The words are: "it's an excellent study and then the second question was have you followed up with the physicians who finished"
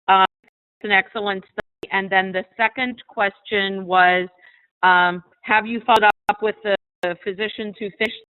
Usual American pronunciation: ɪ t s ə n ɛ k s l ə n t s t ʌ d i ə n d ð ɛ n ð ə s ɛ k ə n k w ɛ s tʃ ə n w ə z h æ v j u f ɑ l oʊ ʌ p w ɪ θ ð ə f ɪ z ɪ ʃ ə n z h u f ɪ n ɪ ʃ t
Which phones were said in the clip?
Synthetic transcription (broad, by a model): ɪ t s ə n ɛ k s l ə n t s t ʌ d i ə n ð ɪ n ð ə s ɛ k ə n k w ɛ s tʃ ə n w ə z h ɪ v j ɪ f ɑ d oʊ ʌ p w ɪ ð ə f ɪ z ɪ ʃ ə n z h u f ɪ ɪ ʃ